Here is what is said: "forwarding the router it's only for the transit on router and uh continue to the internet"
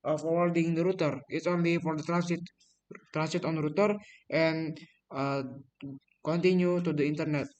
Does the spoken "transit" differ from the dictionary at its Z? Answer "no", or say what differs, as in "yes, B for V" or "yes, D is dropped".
yes, S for Z